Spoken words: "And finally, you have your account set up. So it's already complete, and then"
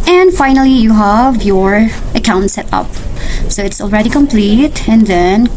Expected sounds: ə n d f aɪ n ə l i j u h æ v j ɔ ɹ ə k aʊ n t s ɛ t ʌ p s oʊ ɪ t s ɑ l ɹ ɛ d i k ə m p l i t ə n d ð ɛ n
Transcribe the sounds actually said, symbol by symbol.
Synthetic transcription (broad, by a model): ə n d f aɪ n ə l i j u h æ v j ɔ ɹ ə k aʊ n t s ɛ t ʌ p s oʊ ɪ t s ɑ l ɹ ɛ d i k ə m p l i t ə n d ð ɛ n